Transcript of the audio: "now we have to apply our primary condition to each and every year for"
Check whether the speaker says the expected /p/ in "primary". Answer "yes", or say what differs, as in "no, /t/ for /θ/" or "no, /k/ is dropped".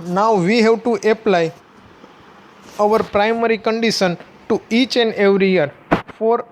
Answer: yes